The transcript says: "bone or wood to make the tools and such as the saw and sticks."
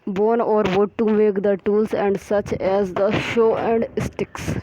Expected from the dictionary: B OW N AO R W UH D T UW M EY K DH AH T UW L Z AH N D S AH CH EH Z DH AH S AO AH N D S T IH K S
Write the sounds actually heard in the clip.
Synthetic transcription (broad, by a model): B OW N AO R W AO T UW M EY K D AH T UW L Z AH N D S AH CH EH Z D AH SH AO AH N D S T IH K S